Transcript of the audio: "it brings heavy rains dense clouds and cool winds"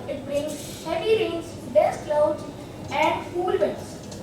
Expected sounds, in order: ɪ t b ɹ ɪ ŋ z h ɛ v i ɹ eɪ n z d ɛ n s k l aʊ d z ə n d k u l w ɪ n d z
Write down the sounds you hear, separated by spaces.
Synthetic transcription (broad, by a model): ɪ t b ɹ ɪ ŋ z h ɛ v i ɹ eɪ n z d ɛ s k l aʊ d ə n d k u l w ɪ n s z